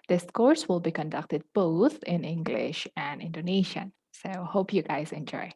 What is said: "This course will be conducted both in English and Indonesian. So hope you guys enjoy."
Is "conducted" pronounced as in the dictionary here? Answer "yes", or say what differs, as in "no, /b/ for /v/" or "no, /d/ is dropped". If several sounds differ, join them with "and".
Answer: yes